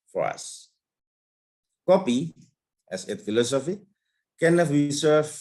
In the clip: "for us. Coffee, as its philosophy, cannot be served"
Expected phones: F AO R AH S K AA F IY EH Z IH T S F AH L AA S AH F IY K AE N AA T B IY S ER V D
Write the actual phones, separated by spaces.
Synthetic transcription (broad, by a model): F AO R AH S K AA P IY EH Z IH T F AH L AA S AH F IY K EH N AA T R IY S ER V